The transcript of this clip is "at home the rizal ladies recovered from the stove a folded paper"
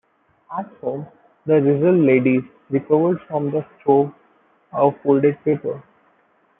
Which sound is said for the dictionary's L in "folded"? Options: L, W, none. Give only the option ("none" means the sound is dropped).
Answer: L